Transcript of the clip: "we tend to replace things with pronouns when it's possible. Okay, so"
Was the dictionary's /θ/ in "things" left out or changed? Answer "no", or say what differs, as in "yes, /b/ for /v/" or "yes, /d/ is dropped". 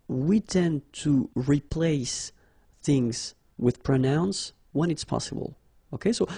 no